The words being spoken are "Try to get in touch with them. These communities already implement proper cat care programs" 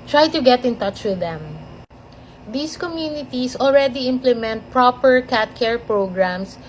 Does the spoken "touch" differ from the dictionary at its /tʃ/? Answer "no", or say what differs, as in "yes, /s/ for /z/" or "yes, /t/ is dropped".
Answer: no